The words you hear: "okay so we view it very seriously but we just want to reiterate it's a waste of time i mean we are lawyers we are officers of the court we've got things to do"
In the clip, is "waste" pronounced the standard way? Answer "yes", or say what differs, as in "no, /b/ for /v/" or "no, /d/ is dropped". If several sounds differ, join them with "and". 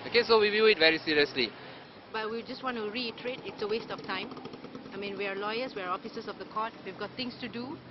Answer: yes